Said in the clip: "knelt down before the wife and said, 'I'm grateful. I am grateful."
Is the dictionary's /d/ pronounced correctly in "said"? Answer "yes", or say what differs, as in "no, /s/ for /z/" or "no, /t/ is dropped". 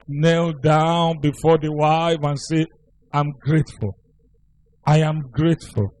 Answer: no, /d/ is dropped